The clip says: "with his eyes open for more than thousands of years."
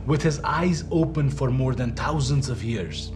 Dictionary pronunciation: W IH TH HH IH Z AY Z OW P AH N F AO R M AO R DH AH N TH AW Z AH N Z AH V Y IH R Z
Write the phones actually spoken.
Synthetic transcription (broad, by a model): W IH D HH IH Z AY Z OW P AH N F AO R M AO R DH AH N T AW Z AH N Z AH V Y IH R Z